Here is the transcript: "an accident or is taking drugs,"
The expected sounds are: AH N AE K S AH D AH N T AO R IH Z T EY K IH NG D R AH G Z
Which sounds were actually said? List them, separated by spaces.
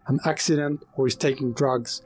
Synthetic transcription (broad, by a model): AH N AE K S AH D AH N T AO W IH Z T EY K IH NG D R AH G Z